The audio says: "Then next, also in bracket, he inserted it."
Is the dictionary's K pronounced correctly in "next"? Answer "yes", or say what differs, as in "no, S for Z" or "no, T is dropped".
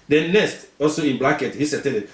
no, K is dropped